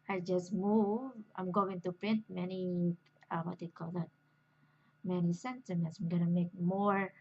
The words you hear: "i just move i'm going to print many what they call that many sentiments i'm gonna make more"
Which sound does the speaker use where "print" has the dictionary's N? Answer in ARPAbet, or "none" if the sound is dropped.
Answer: N